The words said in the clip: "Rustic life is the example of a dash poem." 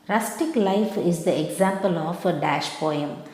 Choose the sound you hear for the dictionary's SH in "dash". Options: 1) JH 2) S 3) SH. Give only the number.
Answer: 3